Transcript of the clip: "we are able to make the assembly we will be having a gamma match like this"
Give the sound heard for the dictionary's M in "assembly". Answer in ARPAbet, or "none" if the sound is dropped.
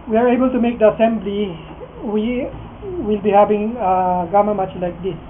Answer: M